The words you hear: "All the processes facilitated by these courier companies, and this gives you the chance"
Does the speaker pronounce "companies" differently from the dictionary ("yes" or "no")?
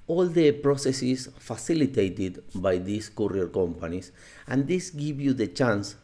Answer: yes